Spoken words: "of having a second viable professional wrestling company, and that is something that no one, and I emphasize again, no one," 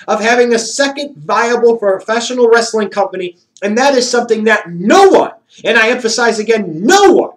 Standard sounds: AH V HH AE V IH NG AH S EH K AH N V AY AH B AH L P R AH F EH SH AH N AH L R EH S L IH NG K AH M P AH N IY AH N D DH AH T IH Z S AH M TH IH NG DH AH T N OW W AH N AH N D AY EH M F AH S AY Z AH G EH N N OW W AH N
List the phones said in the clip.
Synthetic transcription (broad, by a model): AH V HH AE V IH NG AH S EH K AH N V AY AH B L F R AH F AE SH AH N L R EH S L IH NG K AH M P AH N IY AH N DH AH T IH Z S AH M TH IH NG DH AH T N OW W AH N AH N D AY EH M F AH S AY Z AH G EH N N OW W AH N